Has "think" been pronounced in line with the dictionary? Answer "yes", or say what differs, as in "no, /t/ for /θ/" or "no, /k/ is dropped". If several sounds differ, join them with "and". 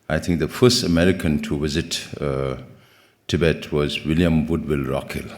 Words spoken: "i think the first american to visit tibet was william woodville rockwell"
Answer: no, /t/ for /θ/